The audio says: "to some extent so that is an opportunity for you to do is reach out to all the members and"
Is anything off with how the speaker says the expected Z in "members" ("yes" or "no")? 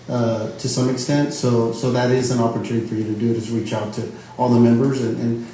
no